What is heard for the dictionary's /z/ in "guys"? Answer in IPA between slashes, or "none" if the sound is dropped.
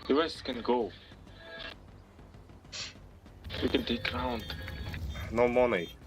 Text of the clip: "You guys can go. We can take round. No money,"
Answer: /s/